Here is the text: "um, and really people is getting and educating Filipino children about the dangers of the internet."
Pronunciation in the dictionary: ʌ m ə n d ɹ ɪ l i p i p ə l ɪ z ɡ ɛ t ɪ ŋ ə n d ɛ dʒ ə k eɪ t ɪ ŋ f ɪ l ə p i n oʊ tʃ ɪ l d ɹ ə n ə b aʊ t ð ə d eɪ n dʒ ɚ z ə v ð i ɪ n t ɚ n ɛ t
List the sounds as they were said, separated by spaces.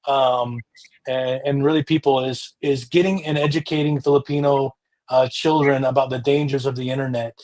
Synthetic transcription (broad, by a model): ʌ m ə n ɹ ɪ l i p i p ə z ɪ z ɡ ɛ t ɪ ŋ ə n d ɛ dʒ ə k eɪ t ɪ ŋ f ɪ l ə p i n oʊ tʃ ɪ l d ɹ ə n ə b aʊ t ð ə d eɪ n dʒ ɚ z ə v ð i ɪ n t ɚ n ɛ t